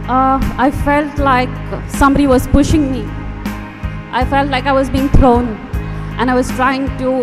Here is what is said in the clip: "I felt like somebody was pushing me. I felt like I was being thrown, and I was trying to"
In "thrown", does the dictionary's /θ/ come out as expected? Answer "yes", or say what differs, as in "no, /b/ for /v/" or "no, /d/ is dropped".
no, /t/ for /θ/